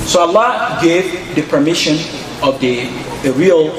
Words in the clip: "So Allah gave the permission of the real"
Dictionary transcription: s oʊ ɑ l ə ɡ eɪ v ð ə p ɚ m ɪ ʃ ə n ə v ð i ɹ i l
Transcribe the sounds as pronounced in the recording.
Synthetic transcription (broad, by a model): s oʊ ɑ l ə ɡ eɪ v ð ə p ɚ m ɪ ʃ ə n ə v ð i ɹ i l